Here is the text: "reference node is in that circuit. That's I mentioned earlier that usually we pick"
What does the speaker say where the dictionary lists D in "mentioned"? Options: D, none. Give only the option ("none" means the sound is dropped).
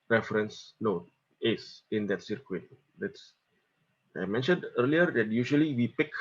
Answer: D